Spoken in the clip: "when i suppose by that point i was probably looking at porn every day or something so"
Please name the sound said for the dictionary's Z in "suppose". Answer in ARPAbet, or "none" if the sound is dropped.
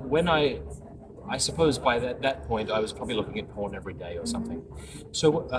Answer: Z